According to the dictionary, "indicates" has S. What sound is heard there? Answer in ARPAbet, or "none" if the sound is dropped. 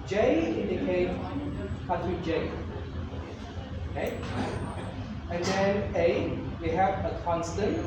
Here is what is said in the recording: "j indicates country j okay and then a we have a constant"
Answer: none